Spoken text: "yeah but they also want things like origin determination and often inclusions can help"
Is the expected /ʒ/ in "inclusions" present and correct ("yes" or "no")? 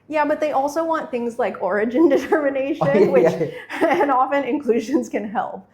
yes